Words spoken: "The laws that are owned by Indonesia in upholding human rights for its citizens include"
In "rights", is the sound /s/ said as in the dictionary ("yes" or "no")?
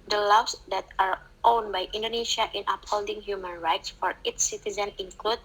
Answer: yes